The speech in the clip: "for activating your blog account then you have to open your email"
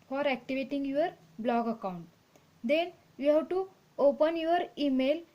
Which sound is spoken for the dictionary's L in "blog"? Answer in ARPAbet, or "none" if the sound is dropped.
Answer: L